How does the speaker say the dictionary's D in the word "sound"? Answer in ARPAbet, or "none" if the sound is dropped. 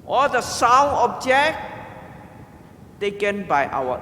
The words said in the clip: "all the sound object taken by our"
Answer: none